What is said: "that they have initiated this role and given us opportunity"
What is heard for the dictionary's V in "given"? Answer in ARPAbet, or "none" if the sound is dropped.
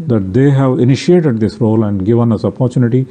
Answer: V